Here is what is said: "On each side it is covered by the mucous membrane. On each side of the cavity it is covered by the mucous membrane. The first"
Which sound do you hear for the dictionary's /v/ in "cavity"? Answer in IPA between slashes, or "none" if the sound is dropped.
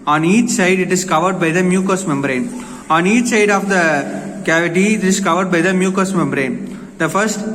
/v/